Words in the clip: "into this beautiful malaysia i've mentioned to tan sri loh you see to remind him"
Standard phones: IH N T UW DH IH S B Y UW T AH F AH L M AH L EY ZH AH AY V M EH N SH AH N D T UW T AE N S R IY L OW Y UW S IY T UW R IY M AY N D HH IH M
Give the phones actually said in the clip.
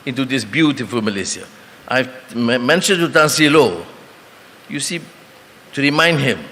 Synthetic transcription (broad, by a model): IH N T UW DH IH S B Y UW T AH F AH L M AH L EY S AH AY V M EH N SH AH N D T UW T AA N S IY L OW Y UW S IY T UW R IY M AY N D HH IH M